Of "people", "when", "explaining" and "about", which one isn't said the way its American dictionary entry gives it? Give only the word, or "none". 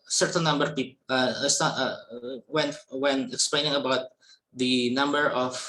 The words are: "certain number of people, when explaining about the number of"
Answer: people